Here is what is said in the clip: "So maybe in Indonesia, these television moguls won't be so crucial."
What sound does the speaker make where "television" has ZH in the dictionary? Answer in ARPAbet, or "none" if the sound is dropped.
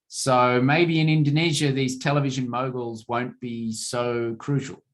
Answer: ZH